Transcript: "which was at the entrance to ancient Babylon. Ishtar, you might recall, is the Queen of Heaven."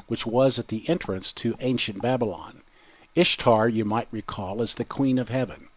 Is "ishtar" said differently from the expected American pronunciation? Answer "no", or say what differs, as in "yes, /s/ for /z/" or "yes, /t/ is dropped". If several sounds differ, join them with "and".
no